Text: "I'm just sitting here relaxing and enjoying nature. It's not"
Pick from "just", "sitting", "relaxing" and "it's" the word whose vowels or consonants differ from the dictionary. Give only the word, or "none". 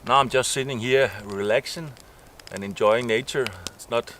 relaxing